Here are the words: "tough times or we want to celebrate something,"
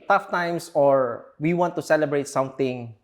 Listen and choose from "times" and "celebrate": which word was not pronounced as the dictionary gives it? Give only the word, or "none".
times